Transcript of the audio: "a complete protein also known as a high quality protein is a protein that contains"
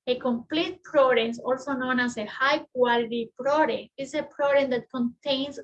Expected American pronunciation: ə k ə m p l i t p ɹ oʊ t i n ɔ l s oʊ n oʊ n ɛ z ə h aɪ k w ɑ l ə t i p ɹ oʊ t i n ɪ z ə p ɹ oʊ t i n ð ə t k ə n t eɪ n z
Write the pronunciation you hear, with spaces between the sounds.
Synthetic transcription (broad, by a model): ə k ə m p l i t p ɹ oʊ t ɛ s ɔ l s oʊ n oʊ n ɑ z ə h aɪ k w ɑ l ə t i p ɹ oʊ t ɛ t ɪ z ə p ɹ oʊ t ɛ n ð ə t k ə n t eɪ n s